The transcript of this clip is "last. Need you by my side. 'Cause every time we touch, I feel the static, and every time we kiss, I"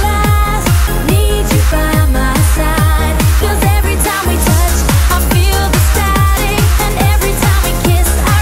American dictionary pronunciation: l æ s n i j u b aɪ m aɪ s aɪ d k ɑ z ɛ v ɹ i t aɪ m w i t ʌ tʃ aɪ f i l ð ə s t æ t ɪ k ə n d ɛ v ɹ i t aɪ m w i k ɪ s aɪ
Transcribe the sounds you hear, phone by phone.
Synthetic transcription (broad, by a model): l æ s n i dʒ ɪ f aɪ m aɪ s aɪ d k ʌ z ɛ v ɹ i t aɪ m w i t ʌ tʃ aɪ f i l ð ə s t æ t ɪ ə n ɛ v ɹ i t aɪ m w i k ɪ s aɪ